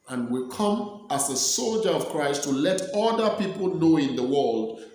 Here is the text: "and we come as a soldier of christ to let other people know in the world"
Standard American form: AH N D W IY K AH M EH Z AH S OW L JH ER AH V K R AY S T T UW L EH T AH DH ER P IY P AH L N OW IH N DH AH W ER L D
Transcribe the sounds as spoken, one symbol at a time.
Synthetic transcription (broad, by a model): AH N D W IY K AH M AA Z AH S OW L JH ER AH V K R AY S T T UW L EH T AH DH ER P IY P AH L N OW IH N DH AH W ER L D